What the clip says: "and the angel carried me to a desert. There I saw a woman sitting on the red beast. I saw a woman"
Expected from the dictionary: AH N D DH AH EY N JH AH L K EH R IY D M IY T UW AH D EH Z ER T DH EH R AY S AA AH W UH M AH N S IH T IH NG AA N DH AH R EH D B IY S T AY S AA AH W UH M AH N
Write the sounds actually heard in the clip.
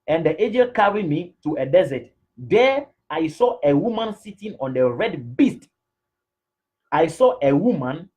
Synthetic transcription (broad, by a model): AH N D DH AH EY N JH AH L K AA R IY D M IY T UW AH D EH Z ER T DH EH AY S AA AH W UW M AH N S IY T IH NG AA N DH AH R EH D B IY S T AY S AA AH W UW M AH N